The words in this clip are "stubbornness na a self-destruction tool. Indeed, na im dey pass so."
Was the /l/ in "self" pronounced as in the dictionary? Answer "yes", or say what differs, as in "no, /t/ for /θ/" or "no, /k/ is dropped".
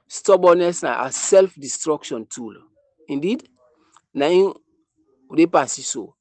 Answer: yes